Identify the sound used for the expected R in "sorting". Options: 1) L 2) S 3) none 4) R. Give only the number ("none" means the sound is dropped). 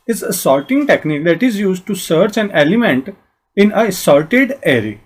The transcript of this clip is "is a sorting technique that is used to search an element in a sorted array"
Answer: 1